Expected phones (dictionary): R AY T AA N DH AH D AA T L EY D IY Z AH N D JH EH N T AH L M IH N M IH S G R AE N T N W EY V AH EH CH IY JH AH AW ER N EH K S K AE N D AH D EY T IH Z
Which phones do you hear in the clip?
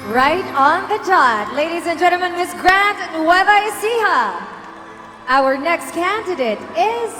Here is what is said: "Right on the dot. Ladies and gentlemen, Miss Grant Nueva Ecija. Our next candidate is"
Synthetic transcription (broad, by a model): R AY T N DH AH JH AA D L EY D IY Z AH N JH EH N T L M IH N M IH S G R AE N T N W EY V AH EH S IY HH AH AW ER N EH K S K AE N D AH D EY T IH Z